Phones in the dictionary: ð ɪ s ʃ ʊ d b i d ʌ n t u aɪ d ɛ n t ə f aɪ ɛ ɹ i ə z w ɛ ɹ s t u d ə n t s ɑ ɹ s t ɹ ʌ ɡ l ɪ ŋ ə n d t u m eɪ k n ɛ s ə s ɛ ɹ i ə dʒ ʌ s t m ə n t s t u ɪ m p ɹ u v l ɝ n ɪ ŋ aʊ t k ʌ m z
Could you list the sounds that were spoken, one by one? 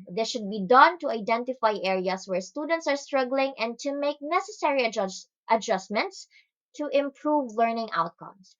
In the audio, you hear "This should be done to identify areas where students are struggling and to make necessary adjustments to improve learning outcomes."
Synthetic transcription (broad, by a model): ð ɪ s ʃ ʊ d b i d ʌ n t u aɪ d ɛ n t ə f aɪ ɛ ɹ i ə s w ɛ ɹ s t u d ə n t s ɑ ɹ s t ɹ ʌ ɡ l ɪ ŋ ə n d t u m eɪ k n ɛ s ə s ɛ ɹ i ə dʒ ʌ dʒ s m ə n t s t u ɪ m p ɹ u v l ɝ n ɪ ŋ aʊ t k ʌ m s